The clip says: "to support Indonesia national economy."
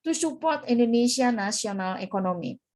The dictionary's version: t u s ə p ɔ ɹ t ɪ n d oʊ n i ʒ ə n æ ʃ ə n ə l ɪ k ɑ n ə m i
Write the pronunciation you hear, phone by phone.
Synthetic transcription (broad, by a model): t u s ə p ɔ ɹ t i n d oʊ n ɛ s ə n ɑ s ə n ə l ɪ k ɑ n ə m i